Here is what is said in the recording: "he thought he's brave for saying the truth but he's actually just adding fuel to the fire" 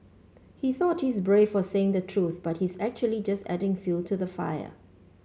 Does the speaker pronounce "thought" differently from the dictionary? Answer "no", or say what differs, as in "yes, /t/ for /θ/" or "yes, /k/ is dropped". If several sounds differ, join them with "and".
no